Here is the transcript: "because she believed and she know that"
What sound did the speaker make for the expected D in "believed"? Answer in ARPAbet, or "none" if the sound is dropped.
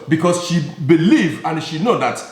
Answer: none